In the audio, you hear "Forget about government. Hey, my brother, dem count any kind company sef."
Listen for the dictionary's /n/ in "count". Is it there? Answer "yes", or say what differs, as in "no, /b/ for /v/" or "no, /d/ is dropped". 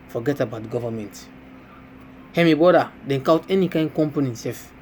no, /n/ is dropped